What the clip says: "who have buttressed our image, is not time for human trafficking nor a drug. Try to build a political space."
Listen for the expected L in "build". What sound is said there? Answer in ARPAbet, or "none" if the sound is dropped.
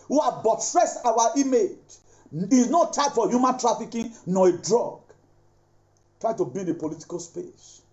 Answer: none